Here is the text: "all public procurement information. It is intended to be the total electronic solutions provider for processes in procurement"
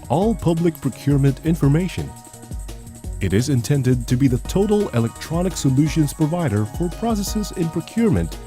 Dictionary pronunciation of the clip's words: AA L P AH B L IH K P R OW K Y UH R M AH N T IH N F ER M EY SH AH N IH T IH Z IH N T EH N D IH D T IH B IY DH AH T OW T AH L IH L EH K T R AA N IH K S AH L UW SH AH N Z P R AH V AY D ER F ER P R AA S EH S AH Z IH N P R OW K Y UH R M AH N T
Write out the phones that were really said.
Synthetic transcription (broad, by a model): AA L P AH B L IH K P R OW K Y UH R M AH N T IH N F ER M EY SH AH N IH T IH Z IH N T EH N D IH D T IH B IY DH AH T OW T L IH L EH K T R AA N IH K S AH L UW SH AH N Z P R AH V AY D ER F ER P R AA S EH S AH Z IH N P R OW K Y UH R M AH N T